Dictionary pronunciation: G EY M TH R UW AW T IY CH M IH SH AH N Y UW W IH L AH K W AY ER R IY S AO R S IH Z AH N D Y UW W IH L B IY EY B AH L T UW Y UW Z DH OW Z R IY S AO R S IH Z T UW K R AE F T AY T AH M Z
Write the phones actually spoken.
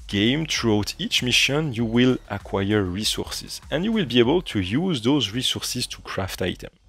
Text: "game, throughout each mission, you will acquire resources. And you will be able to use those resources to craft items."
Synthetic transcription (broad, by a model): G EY M T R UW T IY CH M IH SH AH N Y UW W IH L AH K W AY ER R IY S AO R S IH Z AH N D Y UW W IH L B IY EY B AH L T UW Y UW Z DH OW Z R IY S AO R S IH Z T UW K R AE F T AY T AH M